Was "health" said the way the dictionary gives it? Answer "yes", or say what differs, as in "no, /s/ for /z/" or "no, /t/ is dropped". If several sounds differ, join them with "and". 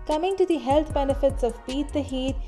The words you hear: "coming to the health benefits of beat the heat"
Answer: no, /t/ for /θ/